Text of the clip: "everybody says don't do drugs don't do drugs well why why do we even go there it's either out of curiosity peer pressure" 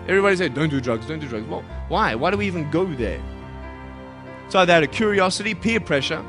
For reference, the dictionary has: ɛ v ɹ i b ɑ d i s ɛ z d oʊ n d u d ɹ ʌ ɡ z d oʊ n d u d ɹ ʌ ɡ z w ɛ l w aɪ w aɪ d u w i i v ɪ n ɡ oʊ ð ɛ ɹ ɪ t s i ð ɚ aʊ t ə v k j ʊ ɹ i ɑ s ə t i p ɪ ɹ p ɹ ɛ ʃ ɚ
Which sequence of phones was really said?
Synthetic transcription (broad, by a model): ɛ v ɹ i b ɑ d i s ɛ d oʊ n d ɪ d ɹ ʌ ɡ z d oʊ n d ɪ d ɹ ʌ ɡ z w ɛ l w aɪ w aɪ d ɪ w i i v ɪ n ɡ oʊ ð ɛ ɹ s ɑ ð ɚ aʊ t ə k j ʊ ɹ i ɑ s ə t i p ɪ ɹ p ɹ ɛ ʃ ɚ